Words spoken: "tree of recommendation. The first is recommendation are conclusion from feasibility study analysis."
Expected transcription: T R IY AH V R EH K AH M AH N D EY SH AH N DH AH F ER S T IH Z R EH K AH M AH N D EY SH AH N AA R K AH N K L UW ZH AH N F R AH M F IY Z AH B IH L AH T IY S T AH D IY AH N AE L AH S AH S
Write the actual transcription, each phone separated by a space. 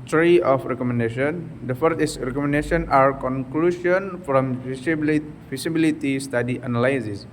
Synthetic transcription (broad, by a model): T R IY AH F R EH K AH M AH N D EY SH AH N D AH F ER T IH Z R EH K AH M AH N D EY SH AH N AA R K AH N K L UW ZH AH N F R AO M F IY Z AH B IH L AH T IY S T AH D IY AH N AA L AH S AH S